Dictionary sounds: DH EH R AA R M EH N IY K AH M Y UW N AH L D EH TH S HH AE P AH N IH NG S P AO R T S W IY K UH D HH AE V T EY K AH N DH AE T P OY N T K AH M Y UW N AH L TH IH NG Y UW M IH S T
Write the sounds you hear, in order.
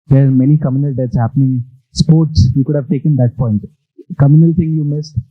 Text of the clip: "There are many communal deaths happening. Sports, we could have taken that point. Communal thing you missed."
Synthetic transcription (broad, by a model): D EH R AA R M EH N IY K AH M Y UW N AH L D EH T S HH AE P AH N IH NG S P AO R T S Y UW K UH D HH AE V T EY K AH N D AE T P OY N T K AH M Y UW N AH L T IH NG Y UW M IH S T